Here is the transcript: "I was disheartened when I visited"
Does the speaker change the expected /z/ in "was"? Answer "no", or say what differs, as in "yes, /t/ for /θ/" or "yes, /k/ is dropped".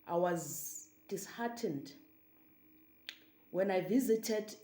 no